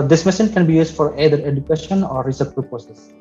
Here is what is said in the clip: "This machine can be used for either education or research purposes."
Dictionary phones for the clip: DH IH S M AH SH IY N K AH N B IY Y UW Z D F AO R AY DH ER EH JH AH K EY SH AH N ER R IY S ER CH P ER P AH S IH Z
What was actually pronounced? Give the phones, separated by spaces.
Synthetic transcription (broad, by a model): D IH S M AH S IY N K AH N B IY Y UW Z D F AO R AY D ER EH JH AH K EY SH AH N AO R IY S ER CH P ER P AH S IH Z